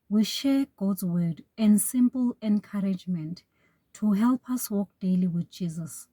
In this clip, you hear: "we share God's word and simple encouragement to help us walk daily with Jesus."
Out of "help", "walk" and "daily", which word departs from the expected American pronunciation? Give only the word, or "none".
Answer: none